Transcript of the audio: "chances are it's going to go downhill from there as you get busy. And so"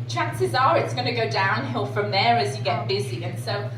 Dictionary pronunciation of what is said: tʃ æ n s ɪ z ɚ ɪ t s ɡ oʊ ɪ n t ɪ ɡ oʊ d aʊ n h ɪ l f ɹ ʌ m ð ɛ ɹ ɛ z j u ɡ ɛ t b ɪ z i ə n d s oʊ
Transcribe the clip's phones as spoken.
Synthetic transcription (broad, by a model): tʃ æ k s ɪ z ɚ ɪ t s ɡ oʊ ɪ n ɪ ɡ oʊ d aʊ n h ɪ l f ɹ ʌ m ð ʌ ɹ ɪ z j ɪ ɡ ɛ t b ɪ z i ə n s oʊ